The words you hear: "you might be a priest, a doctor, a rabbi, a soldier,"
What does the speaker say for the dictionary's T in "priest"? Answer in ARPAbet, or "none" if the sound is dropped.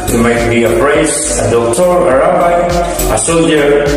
none